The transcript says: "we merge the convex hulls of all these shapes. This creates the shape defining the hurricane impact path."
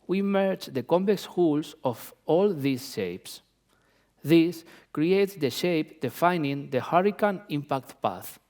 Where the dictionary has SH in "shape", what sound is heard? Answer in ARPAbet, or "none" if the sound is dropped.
SH